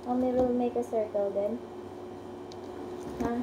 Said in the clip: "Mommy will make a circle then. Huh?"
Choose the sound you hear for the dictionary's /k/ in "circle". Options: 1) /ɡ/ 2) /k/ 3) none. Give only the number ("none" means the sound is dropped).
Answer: 2